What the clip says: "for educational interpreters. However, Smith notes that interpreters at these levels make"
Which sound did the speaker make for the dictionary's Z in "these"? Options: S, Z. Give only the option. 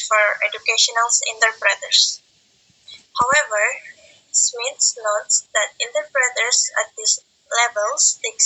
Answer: S